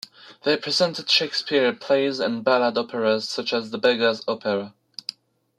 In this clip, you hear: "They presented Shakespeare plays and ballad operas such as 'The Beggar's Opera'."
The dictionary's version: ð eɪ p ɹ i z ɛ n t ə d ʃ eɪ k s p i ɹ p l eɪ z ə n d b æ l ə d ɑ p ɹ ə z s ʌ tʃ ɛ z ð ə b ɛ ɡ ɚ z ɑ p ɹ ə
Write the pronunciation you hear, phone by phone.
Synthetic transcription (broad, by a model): ð eɪ p ɹ i z ɛ n t ə d ʃ eɪ k s p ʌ ɹ p l eɪ z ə n b æ l ə d ɑ p ɹ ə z s ʌ tʃ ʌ z ð ə b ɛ ɡ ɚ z ɑ p ɹ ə